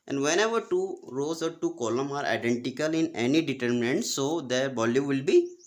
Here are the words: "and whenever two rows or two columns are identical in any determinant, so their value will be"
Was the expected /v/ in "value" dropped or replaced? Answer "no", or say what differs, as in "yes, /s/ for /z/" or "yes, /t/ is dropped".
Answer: yes, /b/ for /v/